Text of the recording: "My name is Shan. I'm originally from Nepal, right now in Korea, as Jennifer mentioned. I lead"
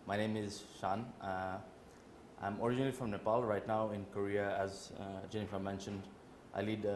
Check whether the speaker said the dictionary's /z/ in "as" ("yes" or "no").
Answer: yes